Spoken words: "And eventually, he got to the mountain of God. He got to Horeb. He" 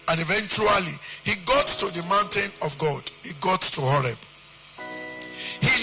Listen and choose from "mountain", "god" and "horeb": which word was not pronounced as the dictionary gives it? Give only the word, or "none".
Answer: none